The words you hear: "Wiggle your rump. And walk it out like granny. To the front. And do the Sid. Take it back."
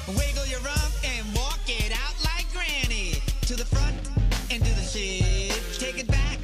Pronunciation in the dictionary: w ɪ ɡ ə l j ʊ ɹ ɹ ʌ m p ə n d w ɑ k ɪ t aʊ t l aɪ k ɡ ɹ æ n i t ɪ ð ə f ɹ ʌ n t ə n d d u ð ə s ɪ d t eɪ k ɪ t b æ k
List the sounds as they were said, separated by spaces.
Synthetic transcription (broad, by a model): w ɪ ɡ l j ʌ ɹ ɹ ʌ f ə n w ɑ k ɪ t aʊ t l aɪ k ɡ ɹ æ n i t ɪ ð ə f ɹ ʌ n t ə n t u ð ə ʃ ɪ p t eɪ k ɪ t b æ k